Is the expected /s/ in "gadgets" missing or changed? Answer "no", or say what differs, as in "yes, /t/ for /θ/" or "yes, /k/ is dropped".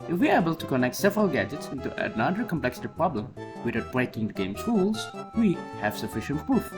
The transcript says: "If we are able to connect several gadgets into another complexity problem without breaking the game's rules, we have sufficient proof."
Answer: no